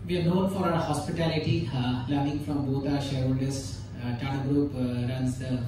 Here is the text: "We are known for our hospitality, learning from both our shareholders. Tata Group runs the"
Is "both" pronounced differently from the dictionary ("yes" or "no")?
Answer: yes